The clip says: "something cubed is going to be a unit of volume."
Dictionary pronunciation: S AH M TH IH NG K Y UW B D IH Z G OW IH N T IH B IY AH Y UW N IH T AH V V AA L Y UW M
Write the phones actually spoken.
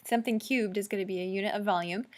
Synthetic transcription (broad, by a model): S AH M TH IH NG K Y UW B D IH Z G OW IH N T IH B IY AH Y UW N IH T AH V V AA L Y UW M